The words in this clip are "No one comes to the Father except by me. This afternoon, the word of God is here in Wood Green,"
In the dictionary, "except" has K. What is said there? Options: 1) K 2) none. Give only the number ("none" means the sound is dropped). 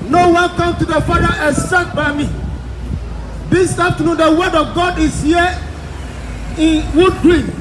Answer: 2